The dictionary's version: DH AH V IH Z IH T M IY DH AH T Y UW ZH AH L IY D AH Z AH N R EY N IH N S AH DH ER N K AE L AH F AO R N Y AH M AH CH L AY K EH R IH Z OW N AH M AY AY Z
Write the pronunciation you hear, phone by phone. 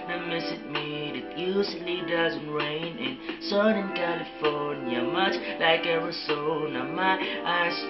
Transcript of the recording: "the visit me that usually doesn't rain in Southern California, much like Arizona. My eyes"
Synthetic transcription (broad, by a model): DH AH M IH S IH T M IY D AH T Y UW S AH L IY D AH Z AH N R EY N IH N S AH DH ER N K AE L AH F AO R N Y AH M AH CH L AY K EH R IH S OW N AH M AY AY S